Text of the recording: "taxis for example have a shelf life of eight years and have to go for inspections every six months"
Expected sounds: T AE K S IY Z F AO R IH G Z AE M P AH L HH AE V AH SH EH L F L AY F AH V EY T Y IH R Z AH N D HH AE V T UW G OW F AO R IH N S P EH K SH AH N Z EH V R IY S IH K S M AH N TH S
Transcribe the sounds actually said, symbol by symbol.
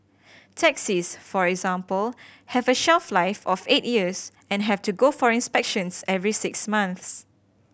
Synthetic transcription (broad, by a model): T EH K S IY S F AO R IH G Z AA M P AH L HH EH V AH SH EH L F L AY F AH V EY T Y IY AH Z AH N HH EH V T UW G OW F AO R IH N S P EH K SH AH N S EH V R IY S IH K S M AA N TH S